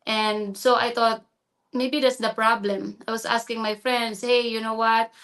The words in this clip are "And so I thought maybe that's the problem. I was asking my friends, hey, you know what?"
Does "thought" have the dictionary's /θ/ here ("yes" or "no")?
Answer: no